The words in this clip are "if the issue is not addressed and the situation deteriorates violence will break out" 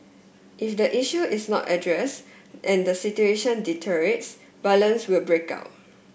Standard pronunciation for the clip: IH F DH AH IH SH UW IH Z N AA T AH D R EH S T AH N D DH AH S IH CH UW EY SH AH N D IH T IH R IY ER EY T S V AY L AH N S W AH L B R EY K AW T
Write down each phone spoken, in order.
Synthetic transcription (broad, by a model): IH F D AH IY SH UW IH S N AA T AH D R EH S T AH N D AH S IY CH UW EY SH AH N D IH T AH R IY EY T S B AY L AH N S W AH L B R EY K AW T